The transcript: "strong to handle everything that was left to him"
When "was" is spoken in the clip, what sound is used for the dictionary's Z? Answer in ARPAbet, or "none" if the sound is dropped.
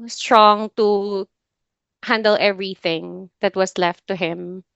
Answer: S